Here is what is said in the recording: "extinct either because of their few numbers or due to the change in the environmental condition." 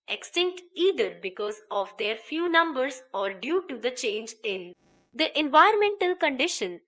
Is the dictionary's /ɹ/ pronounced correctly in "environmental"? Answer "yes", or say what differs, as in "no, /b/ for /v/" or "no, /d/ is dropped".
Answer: no, /ɹ/ is dropped